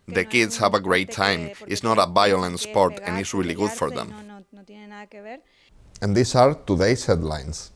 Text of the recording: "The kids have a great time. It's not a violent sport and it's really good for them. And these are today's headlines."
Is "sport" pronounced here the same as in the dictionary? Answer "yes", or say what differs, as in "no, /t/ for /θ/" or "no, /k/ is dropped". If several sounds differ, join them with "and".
yes